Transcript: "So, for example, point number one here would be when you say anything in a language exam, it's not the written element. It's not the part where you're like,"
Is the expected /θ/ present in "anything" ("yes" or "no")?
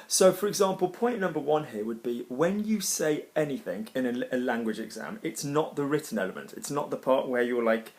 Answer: yes